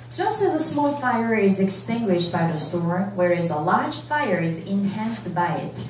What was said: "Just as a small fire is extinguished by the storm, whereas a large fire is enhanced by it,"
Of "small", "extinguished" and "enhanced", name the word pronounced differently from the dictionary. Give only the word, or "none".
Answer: none